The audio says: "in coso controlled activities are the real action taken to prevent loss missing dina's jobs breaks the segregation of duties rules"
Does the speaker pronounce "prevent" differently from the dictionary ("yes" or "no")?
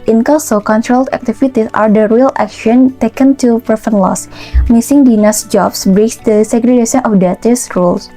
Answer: yes